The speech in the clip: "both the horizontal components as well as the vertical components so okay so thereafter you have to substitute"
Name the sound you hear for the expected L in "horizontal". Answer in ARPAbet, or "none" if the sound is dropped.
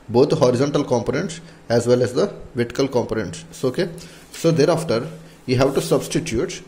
L